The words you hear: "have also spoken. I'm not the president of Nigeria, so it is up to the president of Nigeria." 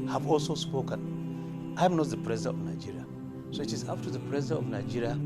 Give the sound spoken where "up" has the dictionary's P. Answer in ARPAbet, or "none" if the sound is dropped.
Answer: F